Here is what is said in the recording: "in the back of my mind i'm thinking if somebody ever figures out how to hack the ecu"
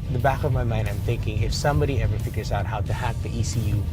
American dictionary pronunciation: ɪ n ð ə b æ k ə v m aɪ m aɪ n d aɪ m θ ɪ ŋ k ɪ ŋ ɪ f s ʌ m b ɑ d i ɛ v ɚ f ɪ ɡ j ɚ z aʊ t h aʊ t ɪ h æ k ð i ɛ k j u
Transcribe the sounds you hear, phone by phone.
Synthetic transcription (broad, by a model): ð ə b æ k ə v m aɪ m aɪ n d aɪ m θ ɪ ŋ k ɪ ŋ ɪ f s ʌ m b ɑ d i ɛ v ɚ f ɪ ɡ j ɚ z aʊ t h aʊ t ɪ h æ k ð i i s j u